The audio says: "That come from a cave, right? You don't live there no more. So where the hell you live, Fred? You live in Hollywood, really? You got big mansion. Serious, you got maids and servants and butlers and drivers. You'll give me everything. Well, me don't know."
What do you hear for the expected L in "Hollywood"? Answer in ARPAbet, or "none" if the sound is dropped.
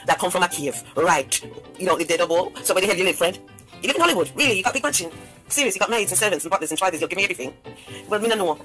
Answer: L